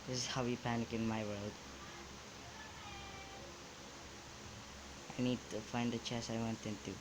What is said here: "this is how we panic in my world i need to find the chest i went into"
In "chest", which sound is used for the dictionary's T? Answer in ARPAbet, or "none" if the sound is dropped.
none